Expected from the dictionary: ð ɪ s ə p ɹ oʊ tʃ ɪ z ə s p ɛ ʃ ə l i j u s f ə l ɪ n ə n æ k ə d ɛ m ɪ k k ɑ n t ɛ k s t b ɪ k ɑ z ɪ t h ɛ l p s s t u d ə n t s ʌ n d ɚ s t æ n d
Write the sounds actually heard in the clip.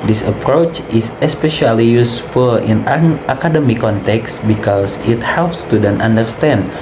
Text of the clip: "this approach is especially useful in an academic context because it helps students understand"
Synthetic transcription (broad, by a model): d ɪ s ə p ɹ oʊ tʃ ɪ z ə s p ɛ ʃ ə l i j u s f ə l ɪ n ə k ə d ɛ m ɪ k k ɑ n t ɛ k s t b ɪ k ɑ s ɪ t h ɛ l p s s t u d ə n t ʌ n d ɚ s t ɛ n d